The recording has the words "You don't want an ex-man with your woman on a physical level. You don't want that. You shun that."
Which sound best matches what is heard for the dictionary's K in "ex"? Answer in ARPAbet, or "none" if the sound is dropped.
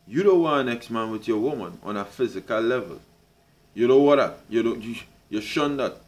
K